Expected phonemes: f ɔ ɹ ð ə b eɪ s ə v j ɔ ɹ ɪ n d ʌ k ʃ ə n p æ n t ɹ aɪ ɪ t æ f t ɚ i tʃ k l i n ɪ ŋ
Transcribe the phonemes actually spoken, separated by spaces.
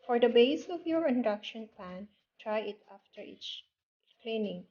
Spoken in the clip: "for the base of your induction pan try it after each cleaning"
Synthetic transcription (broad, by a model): f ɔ ɹ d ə b eɪ s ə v j ɔ ɹ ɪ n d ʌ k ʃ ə n p æ n t ɹ aɪ ɪ t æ f t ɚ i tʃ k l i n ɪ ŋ